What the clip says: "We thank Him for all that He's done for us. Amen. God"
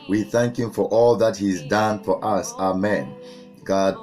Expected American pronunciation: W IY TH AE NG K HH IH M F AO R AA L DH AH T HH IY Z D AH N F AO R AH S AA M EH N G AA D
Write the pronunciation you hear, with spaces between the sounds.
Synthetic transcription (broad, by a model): W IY TH AE NG K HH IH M F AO R AA L DH AH T HH IY Z D AH N F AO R AH S AA M EH N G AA D